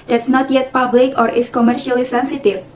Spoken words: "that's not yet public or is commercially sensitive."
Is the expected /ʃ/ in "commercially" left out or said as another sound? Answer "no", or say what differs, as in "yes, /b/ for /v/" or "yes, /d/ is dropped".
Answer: no